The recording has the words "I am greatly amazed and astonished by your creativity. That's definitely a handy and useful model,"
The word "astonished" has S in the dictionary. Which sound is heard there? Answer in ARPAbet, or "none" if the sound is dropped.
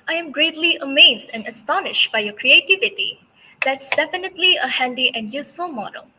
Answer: S